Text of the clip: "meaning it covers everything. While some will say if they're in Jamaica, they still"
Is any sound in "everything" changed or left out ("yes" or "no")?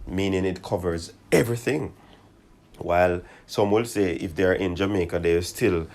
no